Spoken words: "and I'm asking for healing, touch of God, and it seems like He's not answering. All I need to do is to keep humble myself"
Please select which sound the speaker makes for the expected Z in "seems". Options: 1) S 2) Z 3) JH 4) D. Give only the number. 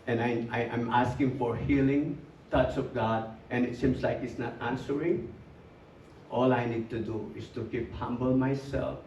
1